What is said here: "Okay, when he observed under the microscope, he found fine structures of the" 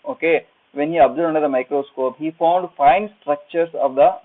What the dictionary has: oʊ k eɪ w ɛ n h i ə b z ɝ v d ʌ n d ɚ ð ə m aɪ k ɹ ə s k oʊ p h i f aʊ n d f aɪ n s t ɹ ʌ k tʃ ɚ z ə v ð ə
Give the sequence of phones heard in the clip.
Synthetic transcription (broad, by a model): oʊ k eɪ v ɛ n h i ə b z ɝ d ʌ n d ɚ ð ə m aɪ k ɹ ə s k oʊ p h i f aʊ n d f aɪ n s t ɹ ʌ k tʃ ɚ s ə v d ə